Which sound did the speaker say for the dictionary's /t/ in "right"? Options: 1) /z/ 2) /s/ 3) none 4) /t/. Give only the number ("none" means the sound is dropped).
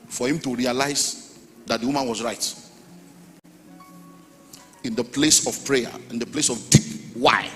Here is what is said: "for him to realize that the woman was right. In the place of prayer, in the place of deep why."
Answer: 4